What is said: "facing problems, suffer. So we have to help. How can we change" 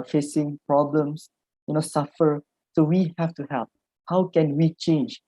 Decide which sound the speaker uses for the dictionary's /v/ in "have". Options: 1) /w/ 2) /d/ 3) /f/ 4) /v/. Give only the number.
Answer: 3